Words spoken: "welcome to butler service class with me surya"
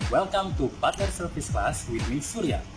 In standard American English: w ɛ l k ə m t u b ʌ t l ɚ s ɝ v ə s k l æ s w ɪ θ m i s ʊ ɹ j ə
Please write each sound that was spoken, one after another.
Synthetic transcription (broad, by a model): w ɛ l k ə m t u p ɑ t ɚ s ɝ f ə s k l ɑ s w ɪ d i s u ɹ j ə